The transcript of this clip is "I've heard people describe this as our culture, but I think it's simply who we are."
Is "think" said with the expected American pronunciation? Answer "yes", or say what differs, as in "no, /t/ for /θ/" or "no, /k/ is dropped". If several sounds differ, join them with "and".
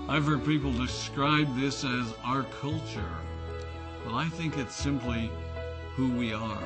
yes